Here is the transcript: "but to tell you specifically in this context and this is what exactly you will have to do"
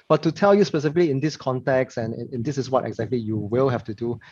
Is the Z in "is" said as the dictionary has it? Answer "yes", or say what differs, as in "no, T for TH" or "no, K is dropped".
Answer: no, S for Z